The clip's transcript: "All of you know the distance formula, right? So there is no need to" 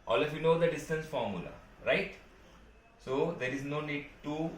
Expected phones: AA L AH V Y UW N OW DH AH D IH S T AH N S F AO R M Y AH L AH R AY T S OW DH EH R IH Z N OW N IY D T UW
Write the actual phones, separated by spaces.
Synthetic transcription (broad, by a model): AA L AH F Y UW N OW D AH D IH S T AH N S F AO R M Y AH L AH R AY T S OW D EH R IH Z N OW N IY D T UW